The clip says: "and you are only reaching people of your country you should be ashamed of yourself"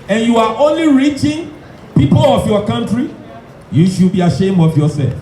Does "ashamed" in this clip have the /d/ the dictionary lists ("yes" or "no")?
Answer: no